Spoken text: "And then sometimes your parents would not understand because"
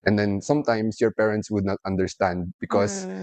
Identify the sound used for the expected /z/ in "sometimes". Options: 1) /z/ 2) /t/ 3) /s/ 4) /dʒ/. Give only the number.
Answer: 3